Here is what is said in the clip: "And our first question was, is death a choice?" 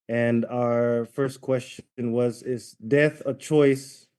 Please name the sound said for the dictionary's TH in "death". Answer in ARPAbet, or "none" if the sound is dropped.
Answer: TH